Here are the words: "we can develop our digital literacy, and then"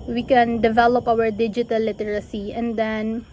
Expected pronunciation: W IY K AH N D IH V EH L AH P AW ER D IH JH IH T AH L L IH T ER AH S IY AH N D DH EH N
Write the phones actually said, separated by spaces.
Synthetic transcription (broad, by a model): W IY K AH N D IH V EH L AH P AW ER D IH JH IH T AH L L IH T ER AH S IY AH N D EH N